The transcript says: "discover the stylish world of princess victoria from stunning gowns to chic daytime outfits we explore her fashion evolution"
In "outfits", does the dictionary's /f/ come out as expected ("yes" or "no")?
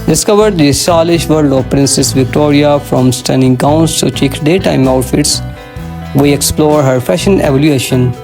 yes